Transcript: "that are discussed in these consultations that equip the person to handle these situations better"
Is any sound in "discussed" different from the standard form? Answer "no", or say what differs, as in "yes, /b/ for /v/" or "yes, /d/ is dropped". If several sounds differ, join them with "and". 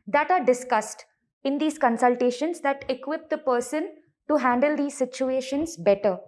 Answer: no